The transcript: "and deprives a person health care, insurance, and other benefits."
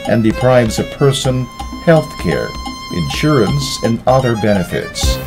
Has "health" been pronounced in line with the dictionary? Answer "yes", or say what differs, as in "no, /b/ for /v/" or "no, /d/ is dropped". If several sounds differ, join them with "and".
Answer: yes